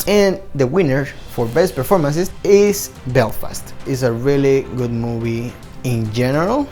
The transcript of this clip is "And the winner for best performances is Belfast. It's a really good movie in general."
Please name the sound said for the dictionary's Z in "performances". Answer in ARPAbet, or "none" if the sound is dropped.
S